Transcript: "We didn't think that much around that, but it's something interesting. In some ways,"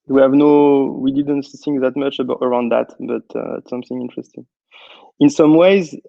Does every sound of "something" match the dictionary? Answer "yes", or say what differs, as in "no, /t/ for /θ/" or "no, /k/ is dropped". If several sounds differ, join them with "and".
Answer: yes